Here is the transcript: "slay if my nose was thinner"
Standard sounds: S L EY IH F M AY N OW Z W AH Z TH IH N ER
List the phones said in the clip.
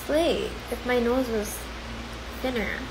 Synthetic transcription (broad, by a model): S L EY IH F M AY N OW Z W AH Z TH IH N ER